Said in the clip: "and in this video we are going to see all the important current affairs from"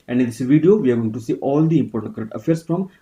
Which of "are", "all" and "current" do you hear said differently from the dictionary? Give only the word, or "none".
current